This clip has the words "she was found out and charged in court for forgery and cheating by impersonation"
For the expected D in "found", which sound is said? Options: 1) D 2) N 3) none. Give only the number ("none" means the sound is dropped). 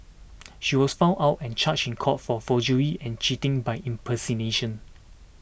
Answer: 3